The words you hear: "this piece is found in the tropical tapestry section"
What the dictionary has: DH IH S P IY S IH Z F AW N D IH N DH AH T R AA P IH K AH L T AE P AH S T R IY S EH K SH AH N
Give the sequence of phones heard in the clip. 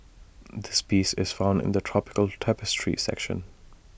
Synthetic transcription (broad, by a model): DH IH S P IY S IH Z F AW N D IH N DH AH T R AA P IH K AH L T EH P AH S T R IY S EH K SH AH N